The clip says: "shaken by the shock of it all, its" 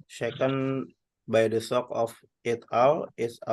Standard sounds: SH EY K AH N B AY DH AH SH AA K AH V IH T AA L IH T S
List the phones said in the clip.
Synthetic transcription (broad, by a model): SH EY K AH N B AY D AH S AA K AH F IH T AA L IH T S